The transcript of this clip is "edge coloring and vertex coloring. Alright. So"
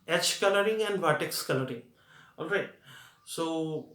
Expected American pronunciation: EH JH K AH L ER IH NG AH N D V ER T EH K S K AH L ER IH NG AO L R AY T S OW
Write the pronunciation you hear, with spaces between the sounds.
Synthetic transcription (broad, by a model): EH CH K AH L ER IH NG AH N D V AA T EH K S K AH L ER IH NG AO L R AY T S OW